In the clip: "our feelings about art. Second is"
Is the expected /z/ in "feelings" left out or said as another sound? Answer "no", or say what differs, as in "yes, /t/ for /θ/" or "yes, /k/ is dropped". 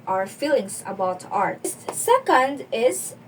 yes, /s/ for /z/